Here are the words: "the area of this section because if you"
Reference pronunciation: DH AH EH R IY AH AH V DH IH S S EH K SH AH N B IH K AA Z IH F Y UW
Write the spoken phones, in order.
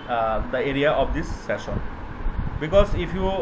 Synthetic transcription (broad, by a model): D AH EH R IY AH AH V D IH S S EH SH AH N B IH K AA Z IH F Y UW